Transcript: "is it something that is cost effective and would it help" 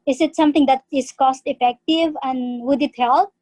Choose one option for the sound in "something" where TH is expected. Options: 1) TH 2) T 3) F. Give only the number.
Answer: 2